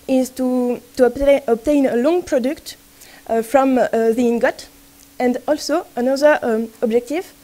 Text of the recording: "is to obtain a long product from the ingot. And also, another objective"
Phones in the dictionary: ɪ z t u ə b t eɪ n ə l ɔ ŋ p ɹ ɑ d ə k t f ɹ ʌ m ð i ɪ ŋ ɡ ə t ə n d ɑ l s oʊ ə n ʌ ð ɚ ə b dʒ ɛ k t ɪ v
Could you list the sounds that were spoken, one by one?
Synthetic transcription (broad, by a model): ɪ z t u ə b t eɪ n ə l ɔ ŋ p ɹ ɑ d ə k t f ɹ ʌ m ð i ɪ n ɡ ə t ə n d ɑ l s oʊ ə n ʌ ð ɚ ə b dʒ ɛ k t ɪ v